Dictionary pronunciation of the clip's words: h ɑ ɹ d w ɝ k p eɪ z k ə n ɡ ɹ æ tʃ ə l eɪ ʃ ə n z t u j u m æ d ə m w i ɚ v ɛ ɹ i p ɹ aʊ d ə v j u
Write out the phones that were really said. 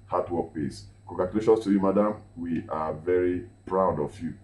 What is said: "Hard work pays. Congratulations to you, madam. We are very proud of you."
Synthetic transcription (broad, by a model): h ɑ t w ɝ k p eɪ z k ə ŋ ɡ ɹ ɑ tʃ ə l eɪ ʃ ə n s t u j u m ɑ d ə m w i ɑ v ɛ ɹ i p ɹ aʊ d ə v j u